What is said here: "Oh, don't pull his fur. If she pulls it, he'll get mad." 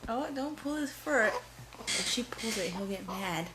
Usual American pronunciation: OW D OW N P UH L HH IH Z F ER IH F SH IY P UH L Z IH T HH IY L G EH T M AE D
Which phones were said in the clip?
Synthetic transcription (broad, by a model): OW D OW N P UH L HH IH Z F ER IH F SH IY P UH L Z IH T HH IY L G EH T M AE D